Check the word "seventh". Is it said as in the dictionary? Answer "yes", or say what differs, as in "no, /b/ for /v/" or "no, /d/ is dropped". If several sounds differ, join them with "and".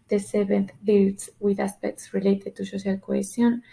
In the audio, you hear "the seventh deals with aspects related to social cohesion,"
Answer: no, /b/ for /v/